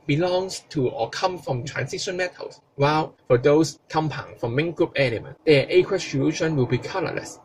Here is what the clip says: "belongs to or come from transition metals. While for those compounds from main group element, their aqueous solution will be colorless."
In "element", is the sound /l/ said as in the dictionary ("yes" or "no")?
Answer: no